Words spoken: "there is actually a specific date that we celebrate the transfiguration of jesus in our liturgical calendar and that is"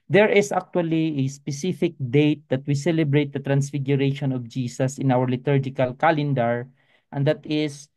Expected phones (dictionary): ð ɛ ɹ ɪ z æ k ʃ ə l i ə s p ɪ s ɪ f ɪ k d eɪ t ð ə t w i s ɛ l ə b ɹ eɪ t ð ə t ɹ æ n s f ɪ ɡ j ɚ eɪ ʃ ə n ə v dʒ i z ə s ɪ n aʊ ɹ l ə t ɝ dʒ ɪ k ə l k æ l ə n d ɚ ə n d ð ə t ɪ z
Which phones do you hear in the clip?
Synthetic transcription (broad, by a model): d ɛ ɹ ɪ s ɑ k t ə l i ə s p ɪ s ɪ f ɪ k d eɪ t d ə t w i s ɛ l ə b ɹ eɪ t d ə t ɹ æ n s f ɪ ɡ j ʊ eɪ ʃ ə n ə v dʒ i s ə s ɪ n aʊ ɹ l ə t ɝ dʒ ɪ k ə l k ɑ l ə n d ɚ ə n d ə t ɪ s